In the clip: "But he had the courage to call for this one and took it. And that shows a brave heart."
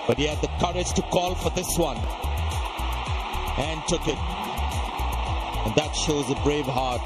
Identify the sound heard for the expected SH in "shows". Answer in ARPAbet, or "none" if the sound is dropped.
SH